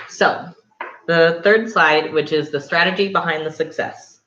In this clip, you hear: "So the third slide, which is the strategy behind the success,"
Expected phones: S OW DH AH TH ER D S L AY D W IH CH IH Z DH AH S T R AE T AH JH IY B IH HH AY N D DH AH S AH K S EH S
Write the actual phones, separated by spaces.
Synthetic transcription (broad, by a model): S OW DH AH TH ER D S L AY D W IH CH IH Z DH AH S T R AE T AH JH IY B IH HH AY N DH AH S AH K S EH S